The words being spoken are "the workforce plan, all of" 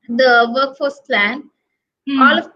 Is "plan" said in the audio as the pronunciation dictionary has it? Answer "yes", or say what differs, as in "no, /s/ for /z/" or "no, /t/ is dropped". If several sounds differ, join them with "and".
yes